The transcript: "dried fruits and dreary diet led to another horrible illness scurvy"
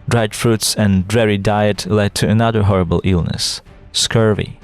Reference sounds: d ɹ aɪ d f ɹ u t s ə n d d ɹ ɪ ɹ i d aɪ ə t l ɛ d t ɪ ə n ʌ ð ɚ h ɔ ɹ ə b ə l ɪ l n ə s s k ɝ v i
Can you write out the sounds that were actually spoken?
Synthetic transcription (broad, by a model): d ɹ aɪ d f ɹ u t s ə n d d ɹ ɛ ɹ i d aɪ ə t l ɛ d t ɪ ə n ʌ ð ɚ h ɔ ɹ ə b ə l ɪ l n ə s s k ɝ v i